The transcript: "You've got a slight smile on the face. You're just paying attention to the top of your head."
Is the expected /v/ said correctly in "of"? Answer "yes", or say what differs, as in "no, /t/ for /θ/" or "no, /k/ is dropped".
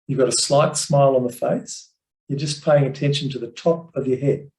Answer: yes